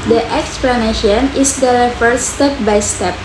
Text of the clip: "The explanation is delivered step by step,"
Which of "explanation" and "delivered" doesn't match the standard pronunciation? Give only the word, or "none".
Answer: delivered